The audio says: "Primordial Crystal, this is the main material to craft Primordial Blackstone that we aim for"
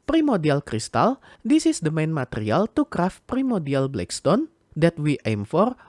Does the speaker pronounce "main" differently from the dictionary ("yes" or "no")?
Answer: no